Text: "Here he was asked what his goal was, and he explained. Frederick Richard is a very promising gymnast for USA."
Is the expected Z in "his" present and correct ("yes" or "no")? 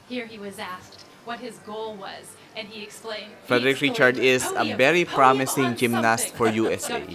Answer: yes